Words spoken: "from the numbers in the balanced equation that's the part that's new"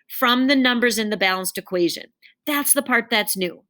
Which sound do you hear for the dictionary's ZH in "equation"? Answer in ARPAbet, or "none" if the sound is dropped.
ZH